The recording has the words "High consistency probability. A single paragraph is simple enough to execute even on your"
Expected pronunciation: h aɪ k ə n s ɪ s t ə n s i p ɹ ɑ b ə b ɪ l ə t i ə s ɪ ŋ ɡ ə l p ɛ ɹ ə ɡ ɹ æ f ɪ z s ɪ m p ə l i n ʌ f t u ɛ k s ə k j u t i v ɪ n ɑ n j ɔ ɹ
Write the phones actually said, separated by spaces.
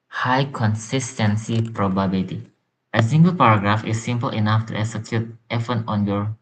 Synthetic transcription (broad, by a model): h aɪ k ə n s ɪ s t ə n s i p ɹ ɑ b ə b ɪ l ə t i ə s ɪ ŋ ɡ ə l p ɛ ɹ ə ɡ ɹ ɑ f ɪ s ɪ m p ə l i n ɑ f t u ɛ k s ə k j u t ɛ f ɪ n ɑ n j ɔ ɹ